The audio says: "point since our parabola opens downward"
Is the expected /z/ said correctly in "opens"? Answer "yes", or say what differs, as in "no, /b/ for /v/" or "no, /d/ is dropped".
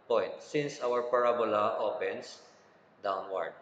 no, /s/ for /z/